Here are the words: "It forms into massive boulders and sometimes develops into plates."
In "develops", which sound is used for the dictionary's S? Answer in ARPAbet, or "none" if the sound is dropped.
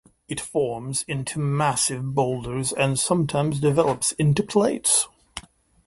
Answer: S